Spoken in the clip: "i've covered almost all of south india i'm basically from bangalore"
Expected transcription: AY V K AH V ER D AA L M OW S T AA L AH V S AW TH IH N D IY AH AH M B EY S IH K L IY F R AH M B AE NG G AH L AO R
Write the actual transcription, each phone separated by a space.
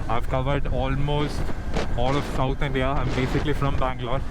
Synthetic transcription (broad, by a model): AY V K AH V ER D AA L M OW S T AA L AH V S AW T IH N D IY AH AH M B EY S IH K L IY F R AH M B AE NG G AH L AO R